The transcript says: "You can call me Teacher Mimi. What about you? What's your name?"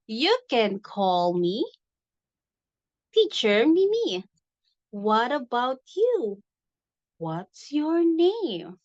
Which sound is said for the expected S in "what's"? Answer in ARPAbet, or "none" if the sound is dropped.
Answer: S